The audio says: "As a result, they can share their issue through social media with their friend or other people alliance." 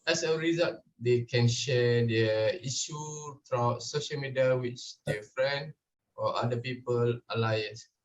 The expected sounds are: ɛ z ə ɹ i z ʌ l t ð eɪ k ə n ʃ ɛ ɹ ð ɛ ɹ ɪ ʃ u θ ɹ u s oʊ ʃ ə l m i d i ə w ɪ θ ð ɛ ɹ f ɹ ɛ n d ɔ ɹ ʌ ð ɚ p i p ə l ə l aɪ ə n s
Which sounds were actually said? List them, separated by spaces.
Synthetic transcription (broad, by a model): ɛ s ə ɹ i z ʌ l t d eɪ k ə n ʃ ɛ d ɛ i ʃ u f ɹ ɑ s oʊ ʃ ə l m i d i ə w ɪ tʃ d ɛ f ɹ ɛ n d ɔ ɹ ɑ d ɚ p i p ə l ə l aɪ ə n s